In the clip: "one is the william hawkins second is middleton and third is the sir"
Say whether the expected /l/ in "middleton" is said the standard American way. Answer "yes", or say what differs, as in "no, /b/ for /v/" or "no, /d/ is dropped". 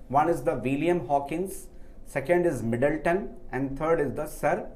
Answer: yes